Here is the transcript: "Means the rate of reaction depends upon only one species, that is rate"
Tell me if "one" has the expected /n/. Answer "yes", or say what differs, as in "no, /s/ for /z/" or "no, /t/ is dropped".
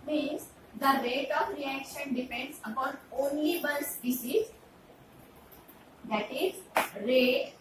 no, /l/ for /n/